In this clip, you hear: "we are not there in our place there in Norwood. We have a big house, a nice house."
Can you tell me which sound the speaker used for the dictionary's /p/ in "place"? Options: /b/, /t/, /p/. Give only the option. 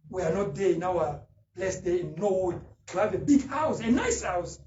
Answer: /b/